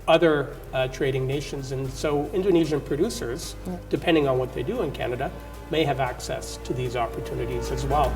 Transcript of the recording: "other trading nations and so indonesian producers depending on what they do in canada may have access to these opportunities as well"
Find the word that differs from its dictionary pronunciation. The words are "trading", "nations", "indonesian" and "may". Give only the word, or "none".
none